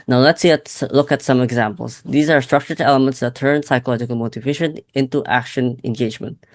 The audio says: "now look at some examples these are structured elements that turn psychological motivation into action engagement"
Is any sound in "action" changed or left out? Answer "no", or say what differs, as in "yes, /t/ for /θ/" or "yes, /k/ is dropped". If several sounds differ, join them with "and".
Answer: no